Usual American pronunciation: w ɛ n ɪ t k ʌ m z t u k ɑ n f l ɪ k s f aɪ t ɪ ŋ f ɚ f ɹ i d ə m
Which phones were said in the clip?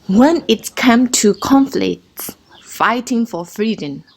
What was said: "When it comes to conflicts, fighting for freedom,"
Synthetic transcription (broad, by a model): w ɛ n ɪ t k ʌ m t u k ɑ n f l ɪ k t f aɪ t ɪ ŋ f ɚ f ɹ i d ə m